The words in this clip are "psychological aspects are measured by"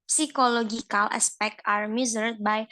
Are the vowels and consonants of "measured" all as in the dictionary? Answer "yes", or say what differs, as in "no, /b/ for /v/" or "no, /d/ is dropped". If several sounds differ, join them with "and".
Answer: no, /z/ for /ʒ/